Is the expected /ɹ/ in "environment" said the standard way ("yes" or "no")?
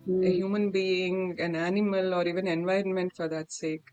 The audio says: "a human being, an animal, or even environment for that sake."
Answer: yes